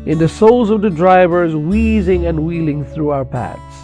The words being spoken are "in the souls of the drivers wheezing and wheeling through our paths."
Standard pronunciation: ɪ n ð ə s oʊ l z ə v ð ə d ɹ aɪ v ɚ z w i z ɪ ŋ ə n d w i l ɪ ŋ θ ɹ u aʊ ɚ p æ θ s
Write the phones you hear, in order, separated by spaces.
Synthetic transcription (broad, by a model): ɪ n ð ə s oʊ l z ə v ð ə d ɹ aɪ v ɚ z w i z ɪ ŋ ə n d w i l ɪ ŋ θ ɹ u aʊ ɚ p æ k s